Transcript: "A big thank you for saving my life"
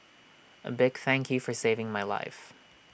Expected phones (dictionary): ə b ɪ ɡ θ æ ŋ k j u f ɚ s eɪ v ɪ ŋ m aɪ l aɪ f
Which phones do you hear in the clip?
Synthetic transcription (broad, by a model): ə b ɪ ɡ θ æ ŋ k j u f ɚ s eɪ v ɪ ŋ m aɪ l aɪ f